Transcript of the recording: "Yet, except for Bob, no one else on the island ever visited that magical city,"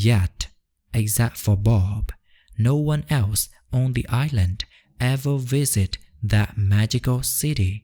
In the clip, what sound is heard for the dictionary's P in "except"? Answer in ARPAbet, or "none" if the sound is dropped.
none